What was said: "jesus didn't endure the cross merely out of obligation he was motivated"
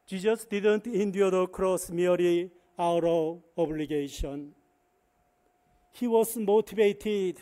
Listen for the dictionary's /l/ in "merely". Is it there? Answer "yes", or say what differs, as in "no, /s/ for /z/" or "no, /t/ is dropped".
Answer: no, /l/ is dropped